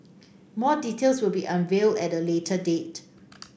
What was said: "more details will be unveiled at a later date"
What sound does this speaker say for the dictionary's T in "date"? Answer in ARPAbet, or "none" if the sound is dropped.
T